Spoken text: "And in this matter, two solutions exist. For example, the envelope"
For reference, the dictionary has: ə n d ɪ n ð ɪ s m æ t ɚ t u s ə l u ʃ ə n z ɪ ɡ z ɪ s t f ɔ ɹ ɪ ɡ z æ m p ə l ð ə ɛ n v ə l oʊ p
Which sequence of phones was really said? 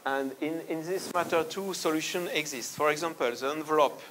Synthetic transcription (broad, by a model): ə n d ɪ n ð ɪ s m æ t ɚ t u s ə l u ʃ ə n ɪ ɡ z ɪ s t f ɔ ɹ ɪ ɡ z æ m p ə l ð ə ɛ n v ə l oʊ p